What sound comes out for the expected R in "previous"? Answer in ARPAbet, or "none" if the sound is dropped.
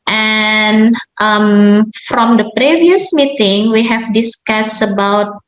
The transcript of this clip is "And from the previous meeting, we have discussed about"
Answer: R